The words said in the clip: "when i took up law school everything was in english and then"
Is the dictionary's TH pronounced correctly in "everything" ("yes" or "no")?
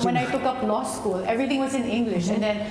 no